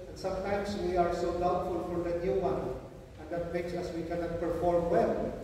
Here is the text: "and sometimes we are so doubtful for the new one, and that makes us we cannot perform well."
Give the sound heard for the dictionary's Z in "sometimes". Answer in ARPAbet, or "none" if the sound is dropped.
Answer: S